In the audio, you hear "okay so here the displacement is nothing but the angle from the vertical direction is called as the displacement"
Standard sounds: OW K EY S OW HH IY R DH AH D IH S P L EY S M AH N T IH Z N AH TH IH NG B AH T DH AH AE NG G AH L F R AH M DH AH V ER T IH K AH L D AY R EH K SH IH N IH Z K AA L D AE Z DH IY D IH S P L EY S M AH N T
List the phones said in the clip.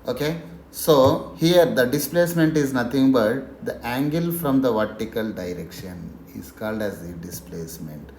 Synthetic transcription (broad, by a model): OW K EY S OW HH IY R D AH D IH S P L EY S M AH N T IH Z N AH T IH NG B AH T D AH AE NG G AH L F R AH M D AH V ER T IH K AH L D AY R EH K SH IH N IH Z K AA L D AE Z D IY D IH S P L EY S M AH N T